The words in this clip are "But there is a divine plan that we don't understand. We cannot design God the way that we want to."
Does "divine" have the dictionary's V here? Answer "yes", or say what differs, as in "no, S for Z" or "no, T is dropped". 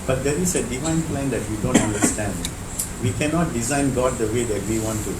yes